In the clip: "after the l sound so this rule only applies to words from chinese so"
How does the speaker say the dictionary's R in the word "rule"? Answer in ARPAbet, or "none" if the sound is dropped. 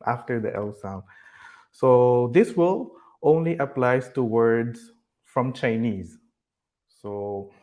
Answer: W